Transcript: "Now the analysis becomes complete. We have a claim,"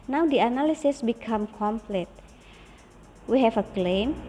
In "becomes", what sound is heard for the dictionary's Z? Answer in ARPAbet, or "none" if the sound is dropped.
none